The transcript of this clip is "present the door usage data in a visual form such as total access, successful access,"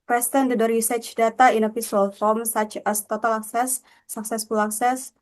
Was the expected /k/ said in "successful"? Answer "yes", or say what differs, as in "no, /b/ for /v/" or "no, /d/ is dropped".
yes